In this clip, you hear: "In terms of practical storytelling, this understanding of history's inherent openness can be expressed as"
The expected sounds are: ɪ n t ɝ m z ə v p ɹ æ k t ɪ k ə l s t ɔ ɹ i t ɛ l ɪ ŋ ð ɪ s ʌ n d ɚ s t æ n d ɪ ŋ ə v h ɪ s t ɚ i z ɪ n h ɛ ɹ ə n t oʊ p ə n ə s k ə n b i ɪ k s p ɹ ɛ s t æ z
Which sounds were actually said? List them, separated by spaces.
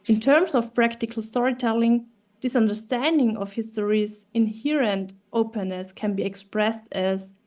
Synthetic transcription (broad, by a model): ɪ n t ɝ m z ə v p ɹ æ k t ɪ k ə l s t ɔ ɹ i t ɛ l ɪ ŋ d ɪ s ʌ n d ɚ s t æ n d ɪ ŋ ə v h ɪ s t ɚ i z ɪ n h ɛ ɹ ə n t oʊ p ə n ə s k ə n b i ɪ k s p ɹ ɛ s t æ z